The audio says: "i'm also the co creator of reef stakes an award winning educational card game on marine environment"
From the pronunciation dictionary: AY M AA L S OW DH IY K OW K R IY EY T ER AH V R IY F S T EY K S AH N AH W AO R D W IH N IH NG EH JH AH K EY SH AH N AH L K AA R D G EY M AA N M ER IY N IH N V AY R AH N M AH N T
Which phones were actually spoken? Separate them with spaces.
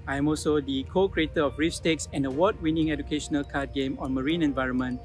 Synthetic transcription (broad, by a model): AY M AA L S OW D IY K OW K R IY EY T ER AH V R IY F S T EY K S AH N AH W AO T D W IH N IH NG EH JH AH K EY SH AH N AH L K AA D G EY M AA N M ER IY N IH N V AY R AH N M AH N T